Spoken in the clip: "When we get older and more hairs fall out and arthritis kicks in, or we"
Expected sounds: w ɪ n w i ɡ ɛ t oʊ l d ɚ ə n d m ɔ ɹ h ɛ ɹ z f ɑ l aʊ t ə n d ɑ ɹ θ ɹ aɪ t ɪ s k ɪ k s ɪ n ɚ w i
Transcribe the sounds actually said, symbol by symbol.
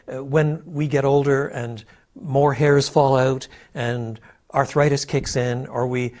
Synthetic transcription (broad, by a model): w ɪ n w i ɡ ɛ t oʊ l d ɚ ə n m ɔ ɹ h ɛ ɹ z f ɑ l aʊ t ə n ɑ ɹ θ ɹ aɪ t ɪ s k ɪ k s ɪ n ɚ w i